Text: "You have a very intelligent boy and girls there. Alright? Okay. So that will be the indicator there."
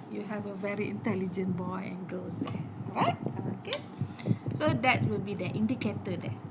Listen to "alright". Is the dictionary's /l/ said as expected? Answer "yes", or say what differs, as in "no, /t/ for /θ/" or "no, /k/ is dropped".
no, /l/ is dropped